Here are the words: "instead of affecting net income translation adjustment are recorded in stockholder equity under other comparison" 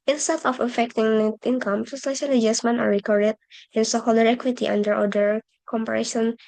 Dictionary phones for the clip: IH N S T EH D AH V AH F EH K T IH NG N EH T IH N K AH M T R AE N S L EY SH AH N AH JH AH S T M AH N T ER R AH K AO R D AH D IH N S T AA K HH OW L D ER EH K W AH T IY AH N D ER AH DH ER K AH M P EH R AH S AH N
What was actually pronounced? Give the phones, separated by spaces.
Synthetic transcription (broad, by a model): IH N S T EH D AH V AH F EH K T IH NG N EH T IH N K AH M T AE S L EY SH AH L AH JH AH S M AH N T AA R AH K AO R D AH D IH N S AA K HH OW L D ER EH K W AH T IY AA N D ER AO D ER K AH M P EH R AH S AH N